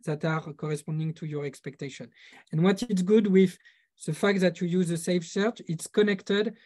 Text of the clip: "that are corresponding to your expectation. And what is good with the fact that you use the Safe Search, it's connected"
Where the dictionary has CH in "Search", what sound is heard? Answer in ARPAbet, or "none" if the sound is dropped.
CH